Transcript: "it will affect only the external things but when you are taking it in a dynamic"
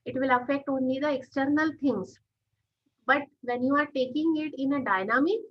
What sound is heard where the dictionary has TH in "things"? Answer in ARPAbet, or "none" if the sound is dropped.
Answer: T